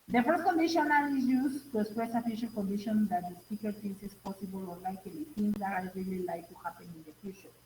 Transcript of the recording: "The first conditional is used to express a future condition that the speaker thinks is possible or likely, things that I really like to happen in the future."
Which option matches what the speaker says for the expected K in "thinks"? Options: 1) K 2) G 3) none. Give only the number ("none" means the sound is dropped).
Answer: 3